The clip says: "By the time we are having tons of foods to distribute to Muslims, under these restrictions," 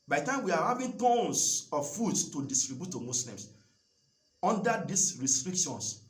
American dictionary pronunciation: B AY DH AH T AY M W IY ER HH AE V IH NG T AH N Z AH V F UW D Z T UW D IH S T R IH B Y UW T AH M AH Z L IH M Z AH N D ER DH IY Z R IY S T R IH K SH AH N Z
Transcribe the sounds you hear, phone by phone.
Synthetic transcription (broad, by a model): B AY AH T AY M W IY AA HH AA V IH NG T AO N S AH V F UW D S T UW D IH S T R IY B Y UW T AH M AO S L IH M S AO N D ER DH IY S R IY S T R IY K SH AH N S